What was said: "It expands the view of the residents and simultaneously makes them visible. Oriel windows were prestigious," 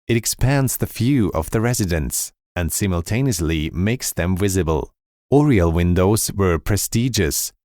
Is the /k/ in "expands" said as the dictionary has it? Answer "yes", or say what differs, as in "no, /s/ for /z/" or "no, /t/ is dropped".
yes